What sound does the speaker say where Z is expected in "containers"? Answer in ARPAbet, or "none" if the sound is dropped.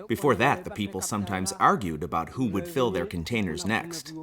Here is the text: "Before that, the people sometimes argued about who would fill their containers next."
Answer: Z